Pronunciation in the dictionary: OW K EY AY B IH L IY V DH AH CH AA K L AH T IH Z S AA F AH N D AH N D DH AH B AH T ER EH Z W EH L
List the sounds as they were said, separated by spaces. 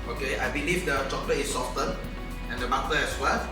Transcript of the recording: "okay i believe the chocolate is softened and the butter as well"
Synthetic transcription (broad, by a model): OW K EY AY B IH L IY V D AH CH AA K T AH IH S AA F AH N AH N D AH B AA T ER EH S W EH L